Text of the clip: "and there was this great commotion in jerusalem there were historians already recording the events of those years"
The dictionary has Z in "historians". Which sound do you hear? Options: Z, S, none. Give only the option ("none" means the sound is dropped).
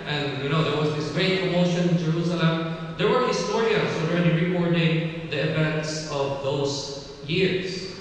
S